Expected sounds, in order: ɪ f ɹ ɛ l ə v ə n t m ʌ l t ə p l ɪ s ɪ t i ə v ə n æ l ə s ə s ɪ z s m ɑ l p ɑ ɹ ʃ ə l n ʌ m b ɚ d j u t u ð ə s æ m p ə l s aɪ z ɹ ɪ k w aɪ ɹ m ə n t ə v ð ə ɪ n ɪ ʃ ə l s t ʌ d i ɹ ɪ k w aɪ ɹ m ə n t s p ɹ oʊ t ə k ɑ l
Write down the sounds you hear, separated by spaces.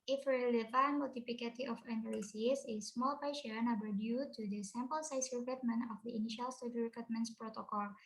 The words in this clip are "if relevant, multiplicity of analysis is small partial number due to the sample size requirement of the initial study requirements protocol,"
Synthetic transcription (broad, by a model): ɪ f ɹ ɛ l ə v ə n m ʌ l t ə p l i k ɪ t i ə f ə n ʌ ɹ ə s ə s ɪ s m ɑ l p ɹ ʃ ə n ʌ b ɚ d j u t u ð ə s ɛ m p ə l s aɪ s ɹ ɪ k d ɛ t m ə n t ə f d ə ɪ n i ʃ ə l s t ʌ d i ɹ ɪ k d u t m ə n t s p ɹ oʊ t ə k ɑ l